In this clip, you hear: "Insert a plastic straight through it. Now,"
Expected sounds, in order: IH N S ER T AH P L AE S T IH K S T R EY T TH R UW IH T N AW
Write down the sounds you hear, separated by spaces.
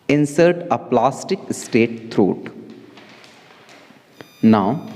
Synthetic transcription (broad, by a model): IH N S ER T AH P L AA S T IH K S T EY T T R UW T N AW